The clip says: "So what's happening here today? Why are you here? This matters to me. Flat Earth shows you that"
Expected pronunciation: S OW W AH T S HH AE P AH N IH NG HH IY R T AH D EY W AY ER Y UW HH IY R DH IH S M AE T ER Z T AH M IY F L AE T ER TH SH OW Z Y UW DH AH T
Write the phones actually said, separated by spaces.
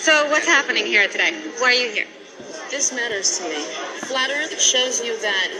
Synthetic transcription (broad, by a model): S OW W AH T S HH AE P AH N IH NG HH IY R T AH D EY W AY ER Y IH HH IY R DH IH S M AE T ER Z T AH M IY F L AE T ER SH OW Z Y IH DH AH T